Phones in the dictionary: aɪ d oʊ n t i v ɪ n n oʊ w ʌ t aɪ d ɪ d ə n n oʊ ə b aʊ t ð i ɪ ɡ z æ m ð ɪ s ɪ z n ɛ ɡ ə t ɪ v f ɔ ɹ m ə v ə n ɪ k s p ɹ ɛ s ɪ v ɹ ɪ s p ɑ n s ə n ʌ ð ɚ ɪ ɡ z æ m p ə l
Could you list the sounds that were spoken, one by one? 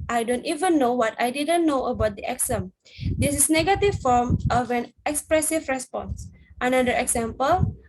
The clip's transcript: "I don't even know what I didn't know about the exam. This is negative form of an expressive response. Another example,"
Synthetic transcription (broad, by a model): aɪ d oʊ n t i v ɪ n n oʊ w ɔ t aɪ d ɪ d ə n n oʊ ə b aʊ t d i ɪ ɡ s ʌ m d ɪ s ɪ s n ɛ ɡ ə t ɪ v f ɔ ɹ m ə v ə n ɪ k s p ɹ ɛ s ɪ v ɹ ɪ s p ɑ n s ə n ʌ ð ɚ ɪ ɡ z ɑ m p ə l